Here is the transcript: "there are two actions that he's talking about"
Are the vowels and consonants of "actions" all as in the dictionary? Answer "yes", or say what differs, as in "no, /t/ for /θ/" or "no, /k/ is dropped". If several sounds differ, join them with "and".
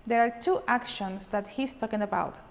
no, /s/ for /z/